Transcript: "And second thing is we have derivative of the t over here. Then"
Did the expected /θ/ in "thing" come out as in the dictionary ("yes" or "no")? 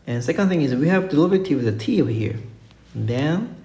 yes